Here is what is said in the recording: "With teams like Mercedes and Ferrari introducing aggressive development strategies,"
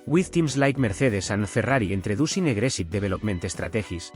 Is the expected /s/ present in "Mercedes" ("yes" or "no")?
no